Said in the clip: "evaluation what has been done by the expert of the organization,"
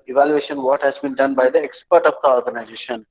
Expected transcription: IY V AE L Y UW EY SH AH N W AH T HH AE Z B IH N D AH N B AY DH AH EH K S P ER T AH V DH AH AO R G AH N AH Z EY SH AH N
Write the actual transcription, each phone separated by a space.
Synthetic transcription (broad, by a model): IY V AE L Y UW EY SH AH N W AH T HH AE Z B IH N D AH N B AY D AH EH K S P ER T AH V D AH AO R G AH N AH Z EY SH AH N